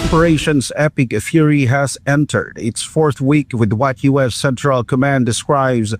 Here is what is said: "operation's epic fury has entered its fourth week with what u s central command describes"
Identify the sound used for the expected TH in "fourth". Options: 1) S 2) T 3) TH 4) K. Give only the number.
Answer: 3